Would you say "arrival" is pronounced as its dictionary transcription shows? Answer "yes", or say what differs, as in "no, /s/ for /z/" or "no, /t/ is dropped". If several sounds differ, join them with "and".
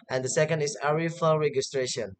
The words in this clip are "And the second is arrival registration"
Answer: no, /f/ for /v/